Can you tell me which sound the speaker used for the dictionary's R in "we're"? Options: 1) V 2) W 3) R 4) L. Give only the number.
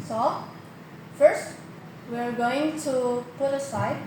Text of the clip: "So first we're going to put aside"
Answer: 3